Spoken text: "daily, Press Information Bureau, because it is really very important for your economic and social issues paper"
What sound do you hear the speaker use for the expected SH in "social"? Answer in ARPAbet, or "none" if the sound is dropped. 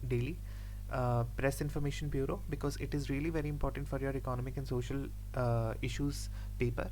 SH